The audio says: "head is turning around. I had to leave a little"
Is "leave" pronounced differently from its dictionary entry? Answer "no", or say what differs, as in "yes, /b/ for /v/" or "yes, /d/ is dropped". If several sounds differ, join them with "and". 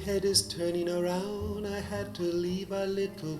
no